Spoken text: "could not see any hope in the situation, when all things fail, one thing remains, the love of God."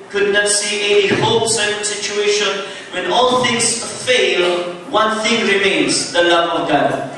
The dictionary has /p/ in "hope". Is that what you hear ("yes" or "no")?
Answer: no